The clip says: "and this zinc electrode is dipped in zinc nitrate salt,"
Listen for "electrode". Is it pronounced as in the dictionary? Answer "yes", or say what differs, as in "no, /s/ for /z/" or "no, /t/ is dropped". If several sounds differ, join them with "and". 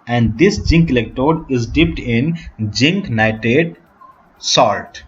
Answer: no, /ɹ/ is dropped